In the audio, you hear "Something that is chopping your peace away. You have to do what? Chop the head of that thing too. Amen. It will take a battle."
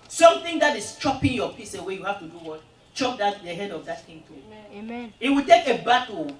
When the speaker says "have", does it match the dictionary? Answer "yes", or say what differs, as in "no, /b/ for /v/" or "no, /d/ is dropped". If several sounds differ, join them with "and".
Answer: no, /f/ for /v/